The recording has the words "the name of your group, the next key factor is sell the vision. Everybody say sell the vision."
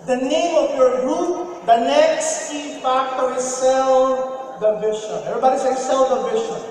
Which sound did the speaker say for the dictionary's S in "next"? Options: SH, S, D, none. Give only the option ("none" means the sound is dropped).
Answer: S